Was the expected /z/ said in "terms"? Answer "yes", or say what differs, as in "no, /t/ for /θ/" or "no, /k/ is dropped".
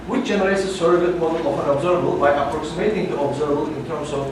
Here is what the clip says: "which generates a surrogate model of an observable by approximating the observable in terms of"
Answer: no, /s/ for /z/